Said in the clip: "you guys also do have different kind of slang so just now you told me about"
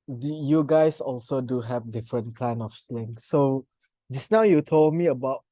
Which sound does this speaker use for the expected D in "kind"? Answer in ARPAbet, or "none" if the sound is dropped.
none